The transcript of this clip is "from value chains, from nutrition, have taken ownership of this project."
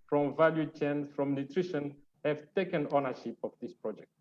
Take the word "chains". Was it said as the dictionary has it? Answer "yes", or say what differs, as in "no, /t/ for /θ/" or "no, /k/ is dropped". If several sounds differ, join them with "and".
no, /z/ is dropped